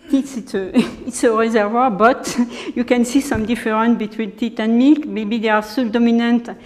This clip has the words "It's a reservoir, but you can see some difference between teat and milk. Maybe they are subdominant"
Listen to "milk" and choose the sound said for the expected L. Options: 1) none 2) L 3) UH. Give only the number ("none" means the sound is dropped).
1